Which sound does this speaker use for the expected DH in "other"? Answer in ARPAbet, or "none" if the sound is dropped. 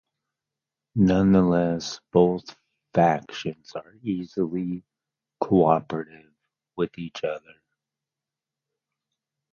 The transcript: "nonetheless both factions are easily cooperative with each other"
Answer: DH